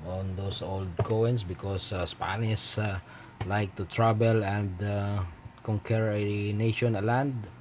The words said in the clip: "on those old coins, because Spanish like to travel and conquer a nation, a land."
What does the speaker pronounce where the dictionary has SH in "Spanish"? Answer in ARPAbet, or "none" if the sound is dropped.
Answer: S